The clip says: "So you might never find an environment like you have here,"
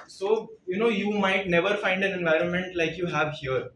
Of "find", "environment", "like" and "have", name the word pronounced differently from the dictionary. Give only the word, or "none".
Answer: none